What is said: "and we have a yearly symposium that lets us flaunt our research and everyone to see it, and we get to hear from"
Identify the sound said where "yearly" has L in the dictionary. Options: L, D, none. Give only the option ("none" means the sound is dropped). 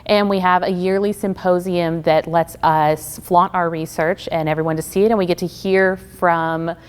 L